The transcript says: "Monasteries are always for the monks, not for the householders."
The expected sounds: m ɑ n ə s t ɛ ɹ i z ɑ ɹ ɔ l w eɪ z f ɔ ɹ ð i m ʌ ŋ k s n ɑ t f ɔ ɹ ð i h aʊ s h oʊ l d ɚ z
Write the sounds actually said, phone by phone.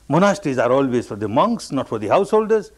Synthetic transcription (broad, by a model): m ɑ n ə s t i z ɑ ɹ ɔ l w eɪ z f ɔ ɹ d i m ʌ ŋ k s n ɑ t f ɔ ɹ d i h aʊ s h oʊ l d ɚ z